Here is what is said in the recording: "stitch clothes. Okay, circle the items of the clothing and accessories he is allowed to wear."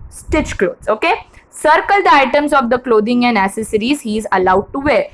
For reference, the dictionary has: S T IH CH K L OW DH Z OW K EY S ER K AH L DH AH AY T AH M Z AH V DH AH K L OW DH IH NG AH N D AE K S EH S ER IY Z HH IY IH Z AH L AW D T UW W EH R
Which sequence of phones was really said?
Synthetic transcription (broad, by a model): S T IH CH K L OW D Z OW K EY S ER K AH L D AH AY T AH M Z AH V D AH K L OW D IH NG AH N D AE S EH S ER IY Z HH IY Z AH L AW D T UW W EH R